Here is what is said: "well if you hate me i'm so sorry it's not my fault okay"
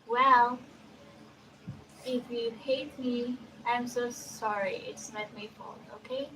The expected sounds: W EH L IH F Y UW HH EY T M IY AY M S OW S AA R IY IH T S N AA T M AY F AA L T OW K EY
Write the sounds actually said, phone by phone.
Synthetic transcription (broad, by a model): W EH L IH F Y UW HH EY T M IY AY M S OW S AA R IY IH T S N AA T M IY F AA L OW K EY